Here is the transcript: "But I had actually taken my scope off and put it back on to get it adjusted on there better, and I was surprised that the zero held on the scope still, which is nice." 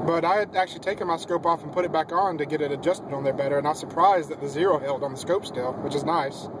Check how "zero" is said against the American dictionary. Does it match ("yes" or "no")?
yes